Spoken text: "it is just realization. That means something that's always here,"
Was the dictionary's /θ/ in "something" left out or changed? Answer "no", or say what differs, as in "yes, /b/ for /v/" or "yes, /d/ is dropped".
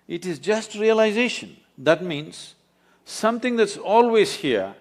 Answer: yes, /t/ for /θ/